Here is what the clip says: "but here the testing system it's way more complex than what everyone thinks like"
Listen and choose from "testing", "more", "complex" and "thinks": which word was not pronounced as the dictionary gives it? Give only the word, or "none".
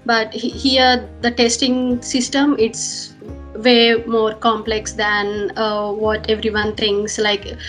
thinks